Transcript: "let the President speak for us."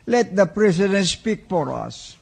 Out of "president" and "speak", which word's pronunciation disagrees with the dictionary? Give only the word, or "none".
president